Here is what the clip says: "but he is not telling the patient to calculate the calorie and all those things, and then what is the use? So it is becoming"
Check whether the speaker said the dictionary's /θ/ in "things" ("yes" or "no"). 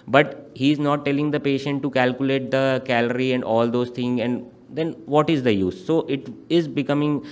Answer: no